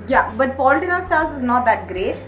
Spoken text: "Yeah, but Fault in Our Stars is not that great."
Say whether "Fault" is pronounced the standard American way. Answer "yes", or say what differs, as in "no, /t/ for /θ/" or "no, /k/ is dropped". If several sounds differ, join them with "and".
no, /p/ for /f/